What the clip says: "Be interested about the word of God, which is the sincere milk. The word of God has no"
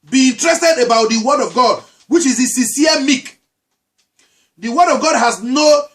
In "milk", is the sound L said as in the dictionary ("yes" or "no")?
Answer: no